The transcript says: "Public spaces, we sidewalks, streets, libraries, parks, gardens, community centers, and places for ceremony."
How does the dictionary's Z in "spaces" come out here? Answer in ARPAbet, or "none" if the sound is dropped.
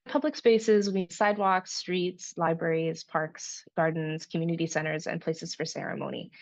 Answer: Z